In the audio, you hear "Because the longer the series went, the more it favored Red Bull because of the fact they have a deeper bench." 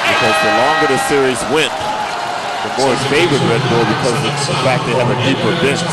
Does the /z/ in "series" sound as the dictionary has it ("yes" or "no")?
yes